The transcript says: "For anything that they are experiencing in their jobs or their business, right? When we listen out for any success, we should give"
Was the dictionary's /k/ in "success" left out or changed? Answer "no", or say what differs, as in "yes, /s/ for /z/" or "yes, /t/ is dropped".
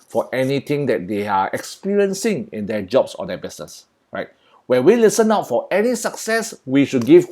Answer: no